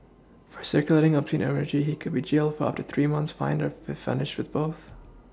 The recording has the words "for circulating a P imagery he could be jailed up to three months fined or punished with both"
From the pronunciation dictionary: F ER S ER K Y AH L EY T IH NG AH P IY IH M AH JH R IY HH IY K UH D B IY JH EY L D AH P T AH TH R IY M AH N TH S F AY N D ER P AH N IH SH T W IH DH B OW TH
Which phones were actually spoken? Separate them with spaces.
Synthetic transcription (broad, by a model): F ER S ER K Y AH L EY T IH NG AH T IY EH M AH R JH IY HH IY K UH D B IY JH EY L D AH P T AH TH R IY M AH N TH S F AY N D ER F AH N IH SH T W IH DH B OW TH